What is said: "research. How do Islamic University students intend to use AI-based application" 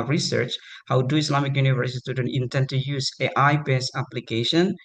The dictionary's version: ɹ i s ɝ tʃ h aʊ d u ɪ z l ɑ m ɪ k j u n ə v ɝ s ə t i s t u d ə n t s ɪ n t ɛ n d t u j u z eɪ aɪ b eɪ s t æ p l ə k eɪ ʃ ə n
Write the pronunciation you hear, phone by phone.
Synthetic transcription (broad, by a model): ɹ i s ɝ tʃ h aʊ d u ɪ s l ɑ m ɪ k j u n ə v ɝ s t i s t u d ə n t ɪ n t ɛ n d t u j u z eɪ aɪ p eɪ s æ p l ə k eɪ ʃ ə n